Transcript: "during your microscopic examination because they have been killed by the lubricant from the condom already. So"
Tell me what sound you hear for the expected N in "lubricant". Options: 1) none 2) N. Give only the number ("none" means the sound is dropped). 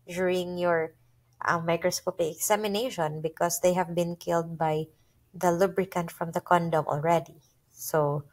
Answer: 2